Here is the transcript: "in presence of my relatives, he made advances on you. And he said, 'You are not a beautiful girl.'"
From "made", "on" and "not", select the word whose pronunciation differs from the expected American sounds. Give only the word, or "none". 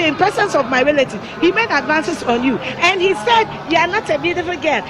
none